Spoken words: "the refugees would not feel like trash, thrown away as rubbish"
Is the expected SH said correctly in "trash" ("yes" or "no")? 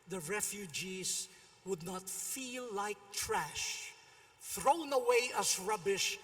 yes